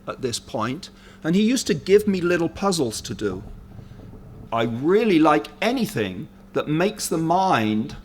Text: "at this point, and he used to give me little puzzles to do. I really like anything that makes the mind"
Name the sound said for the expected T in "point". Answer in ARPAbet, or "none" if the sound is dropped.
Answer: T